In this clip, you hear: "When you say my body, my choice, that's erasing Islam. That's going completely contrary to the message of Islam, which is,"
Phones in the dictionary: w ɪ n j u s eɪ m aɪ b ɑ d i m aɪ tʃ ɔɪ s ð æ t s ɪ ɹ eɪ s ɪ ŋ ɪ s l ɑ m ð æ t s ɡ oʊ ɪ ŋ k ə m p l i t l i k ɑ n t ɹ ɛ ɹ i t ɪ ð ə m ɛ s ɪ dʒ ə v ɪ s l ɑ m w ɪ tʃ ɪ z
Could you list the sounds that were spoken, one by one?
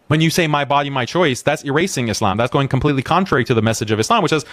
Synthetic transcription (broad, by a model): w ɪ n j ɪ s eɪ m aɪ b ɑ d i m aɪ tʃ ɔɪ s ð æ t s ɪ ɹ eɪ s ɪ ŋ ɪ s l ɑ m ð æ t s ɡ oʊ ɪ ŋ k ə m p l i t l i k ɑ n t ɹ ɛ ɹ i t ɪ ð ə m ɛ s ɪ dʒ ə v ɪ s l ɑ m w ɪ tʃ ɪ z